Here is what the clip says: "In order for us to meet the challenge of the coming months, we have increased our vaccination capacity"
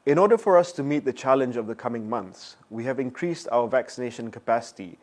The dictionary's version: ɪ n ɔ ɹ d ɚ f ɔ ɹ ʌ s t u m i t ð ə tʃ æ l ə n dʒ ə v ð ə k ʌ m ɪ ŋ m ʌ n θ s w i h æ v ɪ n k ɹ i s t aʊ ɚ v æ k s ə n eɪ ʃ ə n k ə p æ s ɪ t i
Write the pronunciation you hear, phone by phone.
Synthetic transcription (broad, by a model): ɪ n ɔ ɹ d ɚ f ɔ ɹ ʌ s t u m i t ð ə tʃ æ l ə n dʒ ə v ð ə k ʌ m ɪ ŋ m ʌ n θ s w i h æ v ɪ n k ɹ i s t aʊ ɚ v æ k s ə n eɪ ʃ ə n k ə p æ s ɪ t i